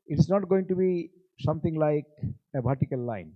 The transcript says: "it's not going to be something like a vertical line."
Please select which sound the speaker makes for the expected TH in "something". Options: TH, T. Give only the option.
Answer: T